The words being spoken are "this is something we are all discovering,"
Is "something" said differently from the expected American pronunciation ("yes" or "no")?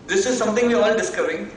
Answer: yes